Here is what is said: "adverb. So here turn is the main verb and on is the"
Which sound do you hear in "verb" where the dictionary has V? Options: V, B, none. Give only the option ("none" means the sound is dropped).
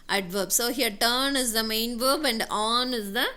V